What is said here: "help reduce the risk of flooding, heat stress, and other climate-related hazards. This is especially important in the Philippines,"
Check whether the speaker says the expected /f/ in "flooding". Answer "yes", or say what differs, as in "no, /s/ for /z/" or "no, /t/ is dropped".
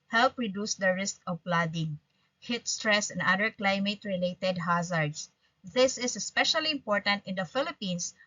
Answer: no, /p/ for /f/